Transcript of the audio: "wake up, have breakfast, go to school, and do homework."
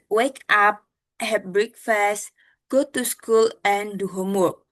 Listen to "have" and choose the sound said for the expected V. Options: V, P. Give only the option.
P